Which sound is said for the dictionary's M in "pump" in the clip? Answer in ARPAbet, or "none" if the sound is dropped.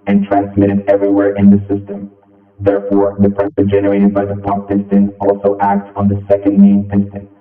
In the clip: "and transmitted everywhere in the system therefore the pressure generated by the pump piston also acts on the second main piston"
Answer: none